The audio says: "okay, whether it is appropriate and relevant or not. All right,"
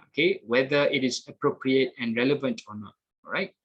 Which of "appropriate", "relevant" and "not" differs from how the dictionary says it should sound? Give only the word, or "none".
none